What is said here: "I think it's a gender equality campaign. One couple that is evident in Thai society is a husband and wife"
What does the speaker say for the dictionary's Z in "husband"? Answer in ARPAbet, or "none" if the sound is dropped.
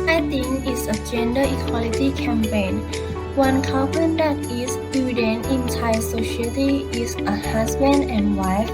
S